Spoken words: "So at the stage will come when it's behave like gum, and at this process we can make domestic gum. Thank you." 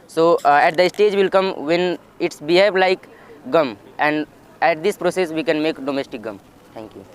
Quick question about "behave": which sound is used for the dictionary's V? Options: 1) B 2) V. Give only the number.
1